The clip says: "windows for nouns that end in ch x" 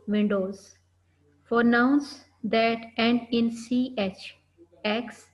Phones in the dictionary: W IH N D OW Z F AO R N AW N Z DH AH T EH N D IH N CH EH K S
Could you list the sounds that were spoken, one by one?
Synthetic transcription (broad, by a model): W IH N D OW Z F AO R N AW N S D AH T EH N D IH N CH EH K S